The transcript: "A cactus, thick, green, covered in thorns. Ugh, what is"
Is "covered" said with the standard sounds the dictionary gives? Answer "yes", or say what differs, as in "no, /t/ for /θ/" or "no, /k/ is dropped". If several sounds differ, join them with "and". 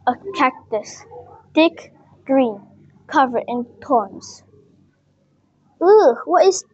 no, /d/ is dropped